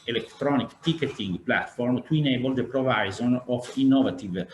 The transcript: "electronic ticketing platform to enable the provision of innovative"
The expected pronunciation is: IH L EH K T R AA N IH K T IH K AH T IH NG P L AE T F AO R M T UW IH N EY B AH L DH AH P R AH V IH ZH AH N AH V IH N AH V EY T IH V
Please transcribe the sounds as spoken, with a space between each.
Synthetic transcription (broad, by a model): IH L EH K T R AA N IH K T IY K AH T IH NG P L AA T F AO R M T UW IH N EY B AH L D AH P R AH V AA Z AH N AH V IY N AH V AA T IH V